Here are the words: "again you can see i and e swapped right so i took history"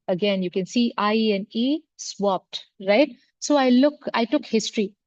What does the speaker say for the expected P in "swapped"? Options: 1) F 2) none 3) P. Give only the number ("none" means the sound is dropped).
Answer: 3